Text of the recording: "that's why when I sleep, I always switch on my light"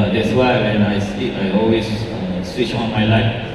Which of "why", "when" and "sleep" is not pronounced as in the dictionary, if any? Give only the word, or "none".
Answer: sleep